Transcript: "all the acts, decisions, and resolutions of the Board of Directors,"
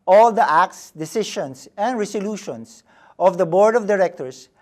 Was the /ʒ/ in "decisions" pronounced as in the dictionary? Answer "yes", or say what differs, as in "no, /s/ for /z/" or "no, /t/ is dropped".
no, /ʃ/ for /ʒ/